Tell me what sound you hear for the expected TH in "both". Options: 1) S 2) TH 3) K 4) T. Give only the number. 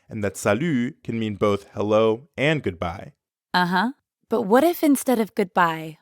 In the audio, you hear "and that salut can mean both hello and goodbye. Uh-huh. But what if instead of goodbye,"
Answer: 2